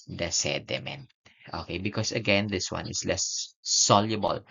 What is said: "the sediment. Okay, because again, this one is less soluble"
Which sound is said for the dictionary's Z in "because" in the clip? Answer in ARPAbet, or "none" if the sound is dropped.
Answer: S